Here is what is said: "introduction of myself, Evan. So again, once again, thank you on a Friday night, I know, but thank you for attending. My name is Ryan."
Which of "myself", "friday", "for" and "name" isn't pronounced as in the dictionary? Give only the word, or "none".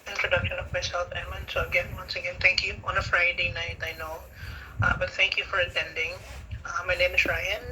name